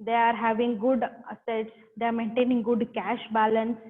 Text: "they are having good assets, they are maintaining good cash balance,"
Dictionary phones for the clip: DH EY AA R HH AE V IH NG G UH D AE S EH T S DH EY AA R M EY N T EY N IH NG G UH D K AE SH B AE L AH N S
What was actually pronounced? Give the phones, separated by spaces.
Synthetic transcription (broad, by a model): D EY AA R HH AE V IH NG G UH D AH S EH T S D EY AA R M EY N T EY N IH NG G UH D K AE SH B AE L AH N S